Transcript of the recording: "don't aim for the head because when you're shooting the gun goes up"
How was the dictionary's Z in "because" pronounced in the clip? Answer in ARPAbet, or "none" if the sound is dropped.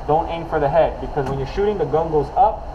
Z